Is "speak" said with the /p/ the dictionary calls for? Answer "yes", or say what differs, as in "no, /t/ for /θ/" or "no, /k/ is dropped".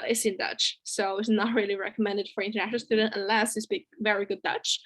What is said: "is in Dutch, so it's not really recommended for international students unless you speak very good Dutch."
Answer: no, /b/ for /p/